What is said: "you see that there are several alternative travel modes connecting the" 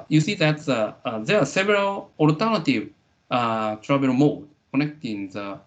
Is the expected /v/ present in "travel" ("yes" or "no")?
no